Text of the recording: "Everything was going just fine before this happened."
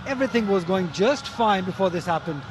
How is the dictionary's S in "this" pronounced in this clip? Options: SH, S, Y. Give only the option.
S